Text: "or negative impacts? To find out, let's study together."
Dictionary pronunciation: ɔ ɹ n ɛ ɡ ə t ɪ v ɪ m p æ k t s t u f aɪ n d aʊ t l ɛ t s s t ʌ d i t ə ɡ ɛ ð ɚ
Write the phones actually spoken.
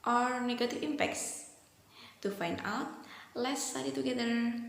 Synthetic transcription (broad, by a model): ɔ ɹ n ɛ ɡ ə t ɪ f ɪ m p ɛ k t s t u f aɪ n d aʊ t l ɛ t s s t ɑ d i t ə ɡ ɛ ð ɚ